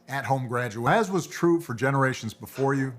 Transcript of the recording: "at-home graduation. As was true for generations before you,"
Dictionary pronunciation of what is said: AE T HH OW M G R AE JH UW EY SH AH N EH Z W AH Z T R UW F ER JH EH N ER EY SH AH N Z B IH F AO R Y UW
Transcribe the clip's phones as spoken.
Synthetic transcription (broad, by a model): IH T HH OW M G R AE JH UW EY AH Z W AH Z T R UW F ER JH EH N ER EY SH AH N Z B IH F AO R Y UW